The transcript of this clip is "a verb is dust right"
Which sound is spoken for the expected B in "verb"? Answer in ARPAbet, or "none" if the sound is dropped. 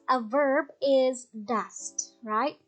B